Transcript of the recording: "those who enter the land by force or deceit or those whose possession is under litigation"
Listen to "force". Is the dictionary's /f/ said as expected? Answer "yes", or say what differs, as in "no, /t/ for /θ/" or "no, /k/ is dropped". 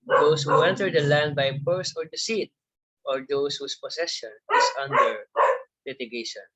no, /p/ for /f/